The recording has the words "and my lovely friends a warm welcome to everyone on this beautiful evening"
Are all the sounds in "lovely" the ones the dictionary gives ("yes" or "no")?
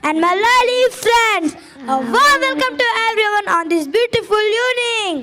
no